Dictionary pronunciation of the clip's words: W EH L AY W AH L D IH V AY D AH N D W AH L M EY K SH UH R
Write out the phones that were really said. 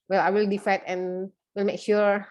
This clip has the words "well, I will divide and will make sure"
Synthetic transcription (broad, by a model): W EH L AY W AH L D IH F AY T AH N W AH L M EY K SH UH R